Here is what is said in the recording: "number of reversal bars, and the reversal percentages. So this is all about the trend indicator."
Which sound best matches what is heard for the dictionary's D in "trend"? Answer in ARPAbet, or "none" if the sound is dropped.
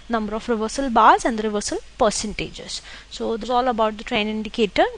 none